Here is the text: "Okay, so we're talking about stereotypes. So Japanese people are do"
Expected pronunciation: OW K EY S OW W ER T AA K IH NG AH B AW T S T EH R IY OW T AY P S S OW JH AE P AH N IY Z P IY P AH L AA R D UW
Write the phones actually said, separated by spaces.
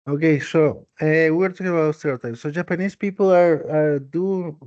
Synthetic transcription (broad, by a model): OW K EY S OW W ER T AA K IH NG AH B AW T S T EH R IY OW T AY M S S OW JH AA P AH N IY S P IY P L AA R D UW